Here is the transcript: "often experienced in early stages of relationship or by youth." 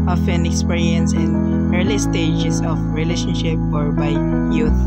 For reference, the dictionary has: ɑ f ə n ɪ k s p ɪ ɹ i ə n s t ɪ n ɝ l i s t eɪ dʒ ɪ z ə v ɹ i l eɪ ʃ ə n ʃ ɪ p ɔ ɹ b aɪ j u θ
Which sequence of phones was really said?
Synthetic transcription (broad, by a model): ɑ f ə n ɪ k s p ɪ ɹ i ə n s ɪ n ɝ l i s t eɪ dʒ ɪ s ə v ɹ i l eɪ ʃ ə n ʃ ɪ p ɔ ɹ b aɪ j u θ